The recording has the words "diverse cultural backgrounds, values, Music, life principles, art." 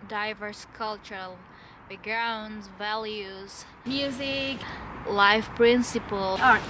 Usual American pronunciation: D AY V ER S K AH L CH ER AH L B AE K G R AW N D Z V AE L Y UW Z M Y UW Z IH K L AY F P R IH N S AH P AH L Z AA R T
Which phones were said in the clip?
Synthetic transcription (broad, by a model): D AY V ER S K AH L CH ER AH L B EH G R AW N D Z V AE L Y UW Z M Y UW Z IH K L AY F P R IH N S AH P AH L AA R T